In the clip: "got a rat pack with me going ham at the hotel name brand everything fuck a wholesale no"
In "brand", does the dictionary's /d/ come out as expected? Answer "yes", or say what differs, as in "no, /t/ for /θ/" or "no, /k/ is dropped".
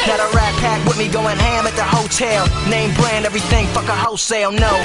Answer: yes